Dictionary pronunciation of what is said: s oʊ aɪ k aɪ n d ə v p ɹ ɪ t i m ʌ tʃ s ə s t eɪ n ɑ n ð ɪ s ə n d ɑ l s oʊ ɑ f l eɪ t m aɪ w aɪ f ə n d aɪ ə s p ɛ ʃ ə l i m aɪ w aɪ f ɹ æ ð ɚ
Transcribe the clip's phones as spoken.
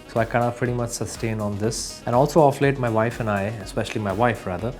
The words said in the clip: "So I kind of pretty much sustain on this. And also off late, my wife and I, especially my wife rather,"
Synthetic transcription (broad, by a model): s oʊ aɪ k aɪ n ə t p ɹ ɪ t i m ʌ tʃ s ə s t eɪ n ɑ n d ɪ s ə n ɑ l s oʊ ɑ f l eɪ t m aɪ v aɪ f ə n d aɪ ə s p ɛ ʃ ə l i m aɪ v aɪ f ɹ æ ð ɚ